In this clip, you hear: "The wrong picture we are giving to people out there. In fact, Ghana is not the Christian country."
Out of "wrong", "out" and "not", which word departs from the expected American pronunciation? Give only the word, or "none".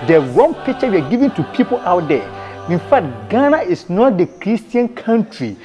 wrong